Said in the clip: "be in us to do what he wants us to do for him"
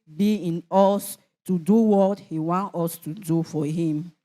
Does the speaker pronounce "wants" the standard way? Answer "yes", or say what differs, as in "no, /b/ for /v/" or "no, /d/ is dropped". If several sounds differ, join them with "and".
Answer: no, /s/ is dropped